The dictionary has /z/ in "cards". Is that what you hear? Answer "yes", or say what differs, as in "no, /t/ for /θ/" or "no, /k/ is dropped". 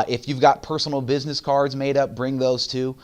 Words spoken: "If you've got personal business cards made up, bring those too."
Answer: yes